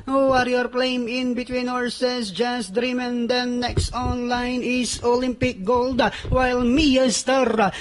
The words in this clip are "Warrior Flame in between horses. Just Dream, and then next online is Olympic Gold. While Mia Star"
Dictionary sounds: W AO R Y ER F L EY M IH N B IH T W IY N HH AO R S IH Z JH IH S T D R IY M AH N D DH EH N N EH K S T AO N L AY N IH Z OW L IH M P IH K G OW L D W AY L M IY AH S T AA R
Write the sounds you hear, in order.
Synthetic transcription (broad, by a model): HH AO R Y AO P L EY M IH N B IH T W IY N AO R S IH S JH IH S D R IY M AH N D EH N N EH K S T AO N L AY N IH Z OW L IH M P IH K G OW L D W AY L M IY AH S T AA R